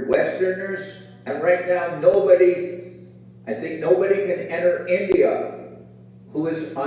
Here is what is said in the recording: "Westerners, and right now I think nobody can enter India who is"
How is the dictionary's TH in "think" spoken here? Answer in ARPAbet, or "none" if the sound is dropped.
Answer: TH